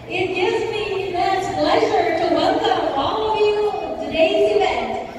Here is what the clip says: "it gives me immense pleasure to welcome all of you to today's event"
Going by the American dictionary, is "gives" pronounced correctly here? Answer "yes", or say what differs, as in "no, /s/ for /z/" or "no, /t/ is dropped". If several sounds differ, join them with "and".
yes